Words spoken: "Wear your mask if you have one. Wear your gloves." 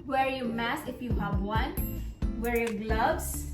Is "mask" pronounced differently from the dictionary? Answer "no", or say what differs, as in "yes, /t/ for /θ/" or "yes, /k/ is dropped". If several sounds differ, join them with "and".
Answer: yes, /k/ is dropped